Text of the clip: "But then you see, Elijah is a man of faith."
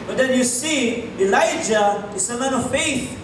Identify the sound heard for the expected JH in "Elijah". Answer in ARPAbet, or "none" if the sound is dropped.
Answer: JH